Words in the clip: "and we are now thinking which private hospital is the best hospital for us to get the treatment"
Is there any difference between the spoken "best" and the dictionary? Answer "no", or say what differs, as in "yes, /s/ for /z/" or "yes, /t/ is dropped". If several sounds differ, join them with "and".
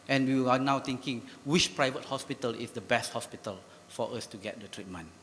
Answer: no